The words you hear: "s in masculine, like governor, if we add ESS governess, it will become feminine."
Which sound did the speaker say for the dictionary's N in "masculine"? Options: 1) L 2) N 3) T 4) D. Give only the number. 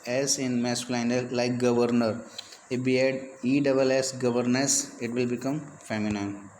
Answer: 1